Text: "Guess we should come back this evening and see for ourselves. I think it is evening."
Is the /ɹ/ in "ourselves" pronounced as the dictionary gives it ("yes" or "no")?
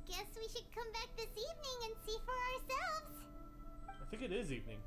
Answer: yes